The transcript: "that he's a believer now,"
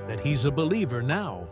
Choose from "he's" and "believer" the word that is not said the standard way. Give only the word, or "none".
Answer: none